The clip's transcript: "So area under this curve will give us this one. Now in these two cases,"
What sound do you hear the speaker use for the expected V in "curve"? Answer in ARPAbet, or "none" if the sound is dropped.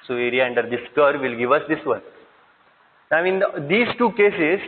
V